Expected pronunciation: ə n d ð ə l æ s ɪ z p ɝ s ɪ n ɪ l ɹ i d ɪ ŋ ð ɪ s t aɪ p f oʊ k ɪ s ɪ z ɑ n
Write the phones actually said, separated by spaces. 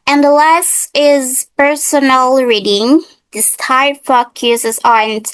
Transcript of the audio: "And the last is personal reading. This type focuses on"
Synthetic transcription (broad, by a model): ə n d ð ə l æ s ɪ z p ɝ s ɪ n ɪ l ɹ i d ɪ ŋ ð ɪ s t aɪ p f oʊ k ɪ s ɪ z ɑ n